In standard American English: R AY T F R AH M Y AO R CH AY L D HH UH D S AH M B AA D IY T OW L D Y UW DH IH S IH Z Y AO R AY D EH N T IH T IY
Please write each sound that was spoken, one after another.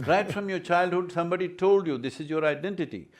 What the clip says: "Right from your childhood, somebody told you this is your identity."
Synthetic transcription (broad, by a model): R AY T F R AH M Y AO R CH AY L D HH UH D S AH M B AA D IY T OW L D Y UW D IH S IH Z Y AO R AY D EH N T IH T IY